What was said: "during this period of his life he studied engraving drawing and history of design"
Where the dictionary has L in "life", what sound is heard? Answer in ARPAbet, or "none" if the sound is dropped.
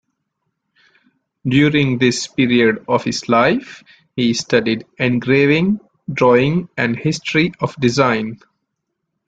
L